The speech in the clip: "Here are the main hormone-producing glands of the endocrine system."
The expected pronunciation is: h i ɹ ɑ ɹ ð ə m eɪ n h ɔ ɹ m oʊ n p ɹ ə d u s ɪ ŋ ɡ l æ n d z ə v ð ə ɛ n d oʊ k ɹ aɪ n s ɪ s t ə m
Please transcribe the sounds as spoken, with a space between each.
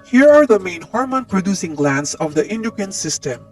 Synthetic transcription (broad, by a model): h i ɹ ɑ ɹ ð ə m eɪ n h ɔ ɹ m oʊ n p ɹ ə d u s ɪ ŋ ɡ l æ n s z ə v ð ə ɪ n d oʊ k ʌ n s ɪ s t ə m